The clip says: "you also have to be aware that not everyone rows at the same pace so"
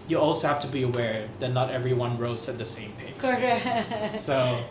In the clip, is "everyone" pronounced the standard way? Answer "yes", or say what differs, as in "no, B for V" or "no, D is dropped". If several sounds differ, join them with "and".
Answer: yes